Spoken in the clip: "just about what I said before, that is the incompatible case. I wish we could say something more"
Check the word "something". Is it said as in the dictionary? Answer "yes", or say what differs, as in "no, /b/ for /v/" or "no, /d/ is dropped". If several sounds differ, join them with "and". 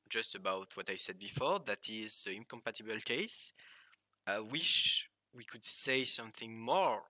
yes